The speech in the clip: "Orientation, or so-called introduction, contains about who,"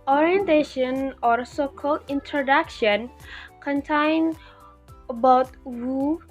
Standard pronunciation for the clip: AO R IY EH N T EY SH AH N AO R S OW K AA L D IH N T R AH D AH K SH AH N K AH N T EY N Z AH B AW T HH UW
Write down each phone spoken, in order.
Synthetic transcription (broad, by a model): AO R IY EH N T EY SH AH N AO R S OW K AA L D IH N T R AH D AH K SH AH N K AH N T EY N AH B AW T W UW